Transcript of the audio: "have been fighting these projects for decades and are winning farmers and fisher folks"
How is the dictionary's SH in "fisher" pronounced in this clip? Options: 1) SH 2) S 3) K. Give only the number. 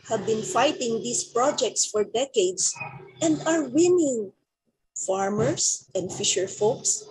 1